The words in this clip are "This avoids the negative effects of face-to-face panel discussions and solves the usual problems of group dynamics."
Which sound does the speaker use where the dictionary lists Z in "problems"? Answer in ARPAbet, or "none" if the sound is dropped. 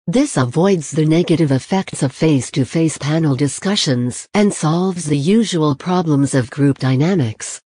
Z